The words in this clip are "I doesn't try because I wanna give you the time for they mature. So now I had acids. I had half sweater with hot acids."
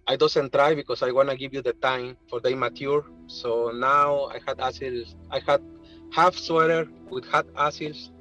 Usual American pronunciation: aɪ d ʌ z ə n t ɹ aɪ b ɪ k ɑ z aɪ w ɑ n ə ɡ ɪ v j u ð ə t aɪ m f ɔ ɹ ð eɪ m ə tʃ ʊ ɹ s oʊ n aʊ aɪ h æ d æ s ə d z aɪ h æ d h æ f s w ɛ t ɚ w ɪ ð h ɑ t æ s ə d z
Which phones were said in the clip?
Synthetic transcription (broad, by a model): aɪ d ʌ s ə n t ɹ aɪ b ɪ k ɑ s aɪ w ɑ n ə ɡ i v j u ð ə t aɪ m f ɔ ɹ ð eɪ m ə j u ɹ s oʊ n aʊ aɪ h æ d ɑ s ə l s aɪ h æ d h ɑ f s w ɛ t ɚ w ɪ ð h ɑ t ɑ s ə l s